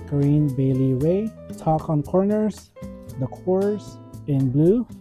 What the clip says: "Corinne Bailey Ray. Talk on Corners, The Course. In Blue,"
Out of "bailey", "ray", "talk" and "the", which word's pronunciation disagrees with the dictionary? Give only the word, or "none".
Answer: ray